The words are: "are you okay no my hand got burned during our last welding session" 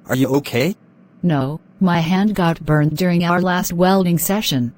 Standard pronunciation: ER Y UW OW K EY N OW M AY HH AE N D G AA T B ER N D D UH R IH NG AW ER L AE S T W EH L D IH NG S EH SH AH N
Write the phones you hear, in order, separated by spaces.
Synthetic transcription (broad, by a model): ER Y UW OW K EY N OW M AY HH AE N D G AA T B ER N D D UH R IH NG AW ER L AE S T W EH L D IH NG S EH SH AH N